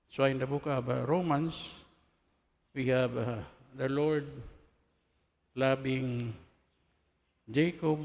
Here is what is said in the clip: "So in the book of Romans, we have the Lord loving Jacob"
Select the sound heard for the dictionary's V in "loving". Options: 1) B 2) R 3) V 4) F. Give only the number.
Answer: 1